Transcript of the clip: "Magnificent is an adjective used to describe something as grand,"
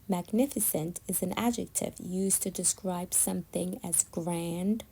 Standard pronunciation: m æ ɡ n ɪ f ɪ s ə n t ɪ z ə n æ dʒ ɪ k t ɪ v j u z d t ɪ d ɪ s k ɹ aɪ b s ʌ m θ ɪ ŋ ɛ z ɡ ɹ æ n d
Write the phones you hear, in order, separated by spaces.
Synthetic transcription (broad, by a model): m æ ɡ n ɪ f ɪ s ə n t ɪ z ə n æ dʒ ɪ k t ɪ v j u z t ɪ d ɪ s k ɹ aɪ b s ʌ m θ ɪ ŋ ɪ z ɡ ɹ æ n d